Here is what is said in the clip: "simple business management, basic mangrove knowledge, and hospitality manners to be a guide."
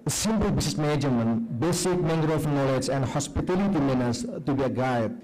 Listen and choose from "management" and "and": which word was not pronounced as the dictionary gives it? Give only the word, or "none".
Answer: management